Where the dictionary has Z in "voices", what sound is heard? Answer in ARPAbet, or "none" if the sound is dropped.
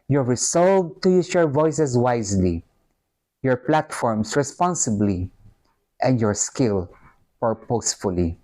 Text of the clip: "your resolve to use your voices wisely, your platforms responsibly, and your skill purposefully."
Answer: S